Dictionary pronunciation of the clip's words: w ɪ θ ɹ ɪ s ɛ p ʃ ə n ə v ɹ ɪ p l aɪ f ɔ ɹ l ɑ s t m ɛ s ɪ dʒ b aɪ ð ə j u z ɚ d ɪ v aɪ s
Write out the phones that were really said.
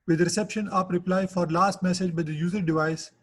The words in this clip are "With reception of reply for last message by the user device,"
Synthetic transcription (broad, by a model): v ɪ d ɹ ɪ s ɛ p ʃ ə n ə p ɹ ɪ p l aɪ f ɔ ɹ l ɑ s t m ɛ s ɪ dʒ b aɪ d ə j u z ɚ d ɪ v aɪ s